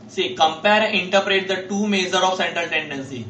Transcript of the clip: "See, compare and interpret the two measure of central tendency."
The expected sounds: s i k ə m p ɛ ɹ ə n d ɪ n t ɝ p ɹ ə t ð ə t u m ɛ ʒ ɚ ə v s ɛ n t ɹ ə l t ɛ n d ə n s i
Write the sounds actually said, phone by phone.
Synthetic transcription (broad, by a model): s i k ə m p ɛ ɹ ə n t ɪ t p ɹ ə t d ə t u m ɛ z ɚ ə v s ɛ n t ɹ ə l t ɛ n d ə n s i